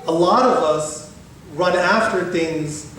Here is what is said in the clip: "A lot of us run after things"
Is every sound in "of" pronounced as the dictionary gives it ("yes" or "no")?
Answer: yes